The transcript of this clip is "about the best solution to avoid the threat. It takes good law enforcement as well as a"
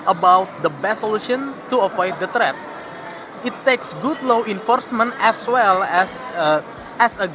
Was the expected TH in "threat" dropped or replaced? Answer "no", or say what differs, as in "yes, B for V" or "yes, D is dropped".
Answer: yes, T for TH